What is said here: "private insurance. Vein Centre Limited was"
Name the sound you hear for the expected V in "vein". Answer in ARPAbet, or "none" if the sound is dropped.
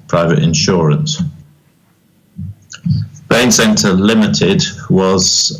B